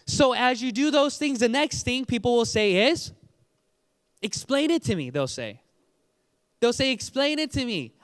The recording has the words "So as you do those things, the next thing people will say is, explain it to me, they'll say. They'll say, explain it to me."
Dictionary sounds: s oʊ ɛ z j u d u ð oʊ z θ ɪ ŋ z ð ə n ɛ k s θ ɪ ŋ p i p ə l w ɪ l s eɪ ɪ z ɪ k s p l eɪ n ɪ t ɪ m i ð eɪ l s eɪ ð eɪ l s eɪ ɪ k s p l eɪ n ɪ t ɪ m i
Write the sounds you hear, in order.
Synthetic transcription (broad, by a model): s oʊ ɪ z j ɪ d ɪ ð oʊ z θ ɪ ŋ z ð ə n ɛ k s θ ɪ ŋ p i p l w ɪ l s eɪ ɪ z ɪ k s p l eɪ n ɪ t ɪ m i ð eɪ l s eɪ ð eɪ l s eɪ ɪ k s p l eɪ n ɪ t ɪ m i